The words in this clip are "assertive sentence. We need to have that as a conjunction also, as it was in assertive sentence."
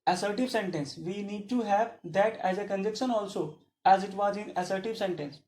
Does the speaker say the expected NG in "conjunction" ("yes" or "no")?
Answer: no